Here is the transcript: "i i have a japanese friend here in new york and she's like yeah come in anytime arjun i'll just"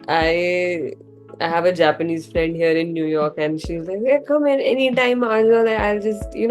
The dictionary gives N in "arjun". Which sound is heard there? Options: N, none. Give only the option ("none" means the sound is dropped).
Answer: none